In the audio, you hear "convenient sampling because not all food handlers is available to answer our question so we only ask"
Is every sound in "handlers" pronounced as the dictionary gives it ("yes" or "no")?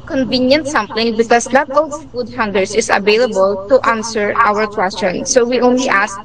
no